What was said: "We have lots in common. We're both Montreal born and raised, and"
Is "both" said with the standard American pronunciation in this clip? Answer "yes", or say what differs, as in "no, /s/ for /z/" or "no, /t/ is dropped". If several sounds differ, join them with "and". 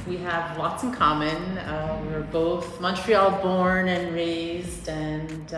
yes